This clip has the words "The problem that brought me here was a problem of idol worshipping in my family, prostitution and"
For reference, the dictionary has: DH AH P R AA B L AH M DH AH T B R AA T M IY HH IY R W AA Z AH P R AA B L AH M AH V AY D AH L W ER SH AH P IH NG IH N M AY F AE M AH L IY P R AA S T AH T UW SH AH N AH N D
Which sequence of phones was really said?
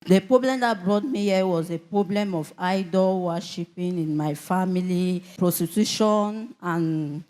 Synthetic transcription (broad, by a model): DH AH P R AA B L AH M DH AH T B R AA T M IY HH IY W AA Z AH P R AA B L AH M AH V AY D AH L W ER SH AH P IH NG IH N M AY F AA M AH L IY P R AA S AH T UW SH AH N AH N